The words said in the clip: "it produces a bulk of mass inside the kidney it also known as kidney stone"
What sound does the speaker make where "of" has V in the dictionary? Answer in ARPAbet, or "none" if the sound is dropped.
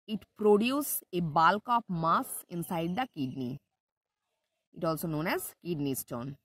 P